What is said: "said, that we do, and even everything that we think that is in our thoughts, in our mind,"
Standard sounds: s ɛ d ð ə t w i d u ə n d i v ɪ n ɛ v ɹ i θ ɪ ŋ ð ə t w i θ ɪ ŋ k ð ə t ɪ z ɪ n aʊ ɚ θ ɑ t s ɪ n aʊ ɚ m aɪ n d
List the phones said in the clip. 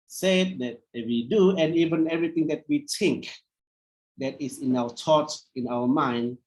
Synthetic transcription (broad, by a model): s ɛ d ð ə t w i d u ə n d i v ɪ n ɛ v ɹ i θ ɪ ŋ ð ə t w i t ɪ ŋ k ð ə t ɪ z ɪ n aʊ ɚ t ɑ t ɪ n aʊ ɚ m aɪ n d